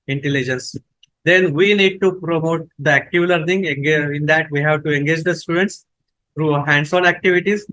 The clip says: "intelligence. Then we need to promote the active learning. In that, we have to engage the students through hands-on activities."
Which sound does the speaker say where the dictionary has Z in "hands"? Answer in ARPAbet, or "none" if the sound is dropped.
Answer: S